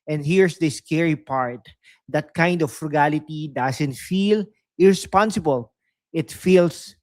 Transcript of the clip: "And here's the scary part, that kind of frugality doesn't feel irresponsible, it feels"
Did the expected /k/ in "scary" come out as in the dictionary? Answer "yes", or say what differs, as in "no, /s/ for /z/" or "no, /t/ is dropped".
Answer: yes